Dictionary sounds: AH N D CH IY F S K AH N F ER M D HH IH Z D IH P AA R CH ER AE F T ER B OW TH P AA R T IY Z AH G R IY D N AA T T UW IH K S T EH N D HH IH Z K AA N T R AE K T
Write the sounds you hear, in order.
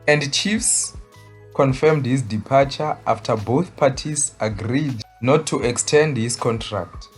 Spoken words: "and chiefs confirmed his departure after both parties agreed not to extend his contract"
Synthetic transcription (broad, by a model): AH N D CH IY F S K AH N F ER M D HH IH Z D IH P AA CH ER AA F T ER B OW TH P AA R T IY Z AH G R IY D N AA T T UW IH K S T EH N D HH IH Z K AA N T R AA K T